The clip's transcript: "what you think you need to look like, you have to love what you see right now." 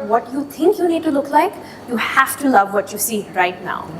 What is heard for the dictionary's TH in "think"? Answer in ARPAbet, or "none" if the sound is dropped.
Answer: T